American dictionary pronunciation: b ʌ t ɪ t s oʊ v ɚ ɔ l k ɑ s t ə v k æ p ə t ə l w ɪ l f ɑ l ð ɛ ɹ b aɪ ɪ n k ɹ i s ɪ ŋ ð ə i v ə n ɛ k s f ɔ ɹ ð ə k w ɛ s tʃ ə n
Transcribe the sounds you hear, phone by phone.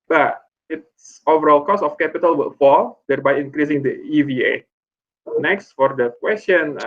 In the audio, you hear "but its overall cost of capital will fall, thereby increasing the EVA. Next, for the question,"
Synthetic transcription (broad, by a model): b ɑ t ɪ t s oʊ v ɚ ɔ l k ɑ s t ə f k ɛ p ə t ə l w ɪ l f ɑ l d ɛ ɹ b aɪ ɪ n k ɹ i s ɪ ŋ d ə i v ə n ɛ k s f ɔ ɹ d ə k w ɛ s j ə n